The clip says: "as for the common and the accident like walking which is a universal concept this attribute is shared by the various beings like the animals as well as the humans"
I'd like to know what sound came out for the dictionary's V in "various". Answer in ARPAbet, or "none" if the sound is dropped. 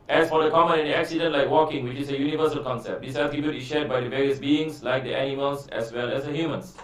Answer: V